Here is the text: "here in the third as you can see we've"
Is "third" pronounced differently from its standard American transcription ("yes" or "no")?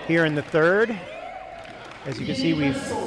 no